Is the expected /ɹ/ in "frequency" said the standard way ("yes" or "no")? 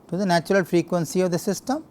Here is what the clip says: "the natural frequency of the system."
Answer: yes